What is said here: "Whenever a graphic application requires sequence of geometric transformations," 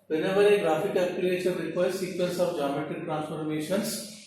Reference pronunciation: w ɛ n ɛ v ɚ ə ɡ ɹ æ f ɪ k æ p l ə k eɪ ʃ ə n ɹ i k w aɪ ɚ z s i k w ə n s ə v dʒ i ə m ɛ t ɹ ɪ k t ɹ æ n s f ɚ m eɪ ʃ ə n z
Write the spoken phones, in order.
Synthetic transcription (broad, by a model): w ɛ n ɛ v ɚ ə ɡ ɹ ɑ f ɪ k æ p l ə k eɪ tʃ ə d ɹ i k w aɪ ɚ s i k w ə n s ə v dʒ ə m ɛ t ɪ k t ɹ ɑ n s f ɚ m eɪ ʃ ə n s